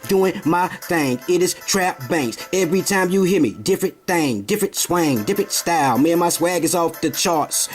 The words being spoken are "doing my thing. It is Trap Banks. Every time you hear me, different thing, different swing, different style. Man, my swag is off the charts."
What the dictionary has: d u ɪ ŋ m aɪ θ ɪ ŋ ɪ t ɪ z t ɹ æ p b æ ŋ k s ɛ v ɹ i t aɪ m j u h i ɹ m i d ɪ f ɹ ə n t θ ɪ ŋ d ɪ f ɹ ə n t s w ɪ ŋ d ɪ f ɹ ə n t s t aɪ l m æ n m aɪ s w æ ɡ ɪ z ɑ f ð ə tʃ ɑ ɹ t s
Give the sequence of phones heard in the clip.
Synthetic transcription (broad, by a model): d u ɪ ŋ m aɪ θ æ ŋ ɪ t ɪ z t ɹ æ p b æ ŋ k s ɛ v ɹ i t aɪ m j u h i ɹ m i d ɪ f ɹ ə n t θ ɪ ŋ d ɪ f ɹ ə n t s w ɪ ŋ d ɪ f ɹ ə n t s t aɪ l m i m aɪ s w æ ɡ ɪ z ɑ f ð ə tʃ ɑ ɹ t s